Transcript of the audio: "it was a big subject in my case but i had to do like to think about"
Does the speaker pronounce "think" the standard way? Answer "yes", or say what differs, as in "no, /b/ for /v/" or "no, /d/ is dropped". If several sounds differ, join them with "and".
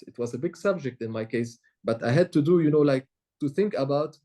yes